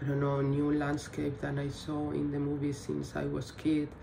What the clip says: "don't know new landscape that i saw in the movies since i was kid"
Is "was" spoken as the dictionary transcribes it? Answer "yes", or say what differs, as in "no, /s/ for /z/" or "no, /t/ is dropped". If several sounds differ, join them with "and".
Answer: no, /s/ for /z/